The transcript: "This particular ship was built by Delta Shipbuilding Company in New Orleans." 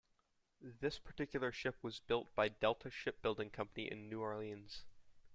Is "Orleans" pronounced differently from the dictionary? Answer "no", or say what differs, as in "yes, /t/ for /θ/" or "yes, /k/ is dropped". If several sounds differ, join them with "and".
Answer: no